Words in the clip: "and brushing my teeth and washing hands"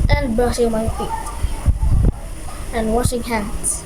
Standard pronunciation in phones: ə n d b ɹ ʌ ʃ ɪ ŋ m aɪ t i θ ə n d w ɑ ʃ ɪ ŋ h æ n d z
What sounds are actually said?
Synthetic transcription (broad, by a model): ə n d b ʌ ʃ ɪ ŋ m aɪ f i t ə n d w ɑ ʃ ɪ ŋ h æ n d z